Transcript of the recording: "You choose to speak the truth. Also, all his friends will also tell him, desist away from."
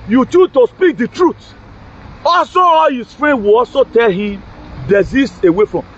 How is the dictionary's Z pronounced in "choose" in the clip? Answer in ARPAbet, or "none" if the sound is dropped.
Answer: none